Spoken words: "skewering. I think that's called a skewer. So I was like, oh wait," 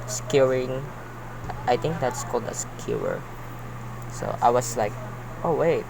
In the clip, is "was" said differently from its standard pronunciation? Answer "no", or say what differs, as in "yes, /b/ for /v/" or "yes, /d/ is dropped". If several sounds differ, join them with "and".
yes, /s/ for /z/